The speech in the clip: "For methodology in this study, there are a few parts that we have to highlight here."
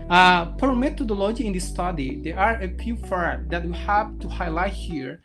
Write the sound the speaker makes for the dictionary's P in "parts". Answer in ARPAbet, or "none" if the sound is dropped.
F